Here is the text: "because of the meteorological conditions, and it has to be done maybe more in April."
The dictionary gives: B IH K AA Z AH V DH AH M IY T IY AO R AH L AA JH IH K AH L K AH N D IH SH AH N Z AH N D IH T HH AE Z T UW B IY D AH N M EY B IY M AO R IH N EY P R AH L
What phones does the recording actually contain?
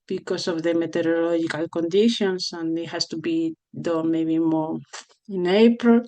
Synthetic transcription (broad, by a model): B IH K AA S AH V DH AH M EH T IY R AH L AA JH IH K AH L K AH N D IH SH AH N S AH N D IH T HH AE S T UW B IY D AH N M EY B IY M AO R IH N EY P R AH L